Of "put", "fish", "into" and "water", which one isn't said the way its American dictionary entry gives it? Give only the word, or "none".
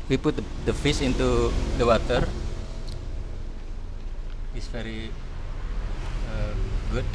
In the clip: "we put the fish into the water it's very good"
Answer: fish